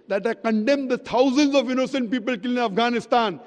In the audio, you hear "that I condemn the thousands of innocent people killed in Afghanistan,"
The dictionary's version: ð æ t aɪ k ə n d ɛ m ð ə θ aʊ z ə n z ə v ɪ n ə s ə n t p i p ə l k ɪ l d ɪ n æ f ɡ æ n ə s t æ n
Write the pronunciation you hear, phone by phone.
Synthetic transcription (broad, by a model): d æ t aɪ k ə n d ɛ m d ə t aʊ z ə n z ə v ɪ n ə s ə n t p i p ə l k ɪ l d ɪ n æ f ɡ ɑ n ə s t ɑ n